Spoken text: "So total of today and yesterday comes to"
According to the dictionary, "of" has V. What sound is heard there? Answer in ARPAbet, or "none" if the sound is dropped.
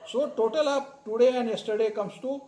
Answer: P